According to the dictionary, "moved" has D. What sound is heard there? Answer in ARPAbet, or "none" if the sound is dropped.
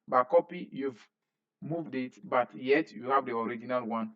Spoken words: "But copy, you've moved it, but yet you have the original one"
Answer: D